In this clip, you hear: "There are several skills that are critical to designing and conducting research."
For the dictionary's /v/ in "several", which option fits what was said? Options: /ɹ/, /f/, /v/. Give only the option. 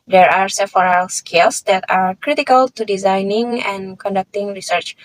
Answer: /f/